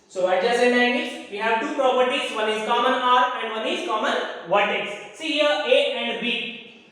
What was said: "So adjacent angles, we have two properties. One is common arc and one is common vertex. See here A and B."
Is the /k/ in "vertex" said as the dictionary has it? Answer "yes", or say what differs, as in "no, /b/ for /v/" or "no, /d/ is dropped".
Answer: no, /k/ is dropped